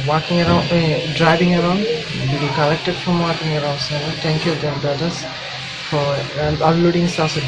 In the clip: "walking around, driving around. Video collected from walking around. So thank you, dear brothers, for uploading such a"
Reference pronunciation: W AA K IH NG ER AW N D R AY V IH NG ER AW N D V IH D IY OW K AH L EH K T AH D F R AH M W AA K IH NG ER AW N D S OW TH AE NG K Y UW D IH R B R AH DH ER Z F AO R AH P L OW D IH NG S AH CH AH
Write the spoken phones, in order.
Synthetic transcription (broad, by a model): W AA K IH NG ER AW N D R AY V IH NG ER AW N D B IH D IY K AH L EH K T AH D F R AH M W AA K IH NG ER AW N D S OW T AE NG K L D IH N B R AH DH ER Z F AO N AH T L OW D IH NG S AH S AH